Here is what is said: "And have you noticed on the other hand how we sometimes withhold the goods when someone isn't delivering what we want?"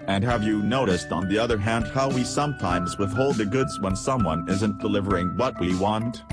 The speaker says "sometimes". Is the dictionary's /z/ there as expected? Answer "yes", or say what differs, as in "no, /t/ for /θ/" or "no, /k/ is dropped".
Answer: yes